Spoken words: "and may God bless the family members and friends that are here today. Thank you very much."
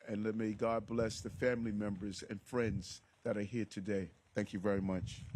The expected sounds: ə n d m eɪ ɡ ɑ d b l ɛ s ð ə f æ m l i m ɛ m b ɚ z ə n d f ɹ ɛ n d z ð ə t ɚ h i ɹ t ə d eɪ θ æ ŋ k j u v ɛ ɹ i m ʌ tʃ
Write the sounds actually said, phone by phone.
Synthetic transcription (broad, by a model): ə n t m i ɡ ɑ d b l ɛ s ð ə f æ m l i m ɛ m b ɚ z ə n f ɹ ɛ n d z ð ə t ɚ h i ɹ t ə d eɪ θ æ ŋ k j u v ɛ ɹ i m ʌ tʃ